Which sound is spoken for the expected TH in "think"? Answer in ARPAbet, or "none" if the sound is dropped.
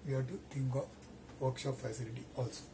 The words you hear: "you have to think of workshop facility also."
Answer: T